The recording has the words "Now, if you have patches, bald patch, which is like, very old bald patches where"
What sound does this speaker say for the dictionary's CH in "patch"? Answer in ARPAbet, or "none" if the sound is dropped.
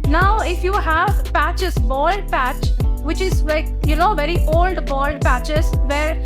CH